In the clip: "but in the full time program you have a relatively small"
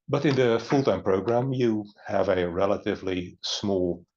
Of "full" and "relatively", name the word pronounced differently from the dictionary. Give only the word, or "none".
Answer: none